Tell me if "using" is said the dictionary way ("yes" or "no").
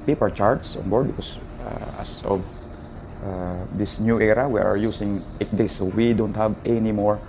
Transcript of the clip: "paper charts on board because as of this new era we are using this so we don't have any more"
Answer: no